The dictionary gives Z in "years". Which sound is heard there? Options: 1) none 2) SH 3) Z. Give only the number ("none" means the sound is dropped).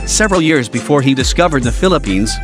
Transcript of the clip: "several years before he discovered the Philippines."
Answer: 3